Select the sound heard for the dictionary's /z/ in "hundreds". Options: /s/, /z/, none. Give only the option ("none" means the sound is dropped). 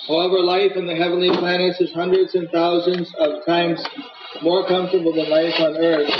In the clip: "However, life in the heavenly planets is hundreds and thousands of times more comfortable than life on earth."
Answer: /z/